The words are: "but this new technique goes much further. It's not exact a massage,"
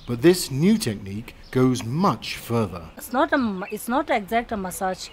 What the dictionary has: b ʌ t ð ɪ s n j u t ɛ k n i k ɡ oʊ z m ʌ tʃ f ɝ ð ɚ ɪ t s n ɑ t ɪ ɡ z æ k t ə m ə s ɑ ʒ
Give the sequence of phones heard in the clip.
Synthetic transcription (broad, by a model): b ʌ t ð ɪ s n j u t ɛ k n i k ɡ oʊ z m ʌ tʃ f ɝ ð ɚ ɪ t s n ɑ t ɪ ɡ z æ k t ə m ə s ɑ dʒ